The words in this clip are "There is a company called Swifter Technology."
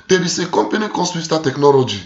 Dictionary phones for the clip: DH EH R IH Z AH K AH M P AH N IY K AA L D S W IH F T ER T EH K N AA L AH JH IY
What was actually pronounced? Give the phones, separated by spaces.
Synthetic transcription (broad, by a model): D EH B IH S AH K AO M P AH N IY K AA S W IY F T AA T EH K N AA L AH JH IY